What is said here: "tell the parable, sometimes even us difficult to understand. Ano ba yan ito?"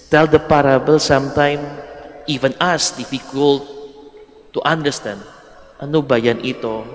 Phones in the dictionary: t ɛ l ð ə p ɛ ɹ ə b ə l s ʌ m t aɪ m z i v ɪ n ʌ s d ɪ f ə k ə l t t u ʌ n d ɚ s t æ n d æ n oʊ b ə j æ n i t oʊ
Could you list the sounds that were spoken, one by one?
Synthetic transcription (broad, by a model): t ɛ l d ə p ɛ ɹ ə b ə l s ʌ m t aɪ m i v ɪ n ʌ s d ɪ f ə k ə l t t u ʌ n d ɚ s t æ n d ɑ n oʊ b ə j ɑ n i t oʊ